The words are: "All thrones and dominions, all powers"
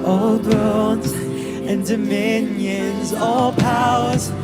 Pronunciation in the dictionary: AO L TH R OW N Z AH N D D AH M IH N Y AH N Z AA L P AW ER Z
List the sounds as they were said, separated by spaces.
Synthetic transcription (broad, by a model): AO L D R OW L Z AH N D D AH M IH N Y AH N Z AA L P AW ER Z